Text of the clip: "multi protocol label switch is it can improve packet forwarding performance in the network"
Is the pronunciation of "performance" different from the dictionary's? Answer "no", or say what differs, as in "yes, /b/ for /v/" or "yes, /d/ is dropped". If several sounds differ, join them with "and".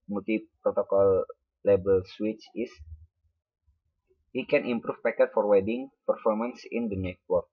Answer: no